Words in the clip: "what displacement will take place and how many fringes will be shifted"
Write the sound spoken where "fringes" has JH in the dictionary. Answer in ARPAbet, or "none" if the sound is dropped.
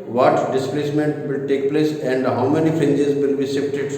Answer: JH